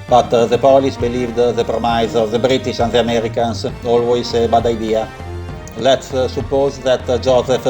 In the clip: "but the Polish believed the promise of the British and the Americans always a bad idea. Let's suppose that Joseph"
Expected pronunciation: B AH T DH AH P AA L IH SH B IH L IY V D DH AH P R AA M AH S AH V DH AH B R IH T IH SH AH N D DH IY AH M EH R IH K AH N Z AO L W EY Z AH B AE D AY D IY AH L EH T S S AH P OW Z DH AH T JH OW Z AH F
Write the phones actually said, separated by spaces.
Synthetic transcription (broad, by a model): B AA T DH AH P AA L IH S B IH L IY V D DH AH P R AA M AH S AH V DH AH B R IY T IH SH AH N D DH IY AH M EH R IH K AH N S AO L W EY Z AH B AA D AY D IY AH L EH T S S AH P OW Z DH AH T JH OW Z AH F